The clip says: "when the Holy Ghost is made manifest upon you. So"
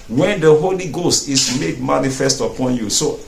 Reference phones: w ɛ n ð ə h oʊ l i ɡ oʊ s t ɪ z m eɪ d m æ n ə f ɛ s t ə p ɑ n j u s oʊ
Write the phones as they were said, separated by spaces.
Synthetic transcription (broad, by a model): w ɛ n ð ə h oʊ l i ɡ oʊ s t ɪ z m eɪ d m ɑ n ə f ɛ s t ə p ɑ n j u s oʊ